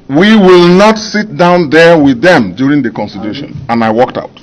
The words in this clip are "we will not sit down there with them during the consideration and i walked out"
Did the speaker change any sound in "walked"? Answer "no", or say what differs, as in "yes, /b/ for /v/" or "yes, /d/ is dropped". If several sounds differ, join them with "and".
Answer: no